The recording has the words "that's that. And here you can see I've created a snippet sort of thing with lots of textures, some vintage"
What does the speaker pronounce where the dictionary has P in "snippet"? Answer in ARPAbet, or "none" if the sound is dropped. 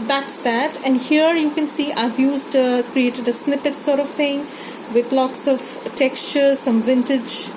P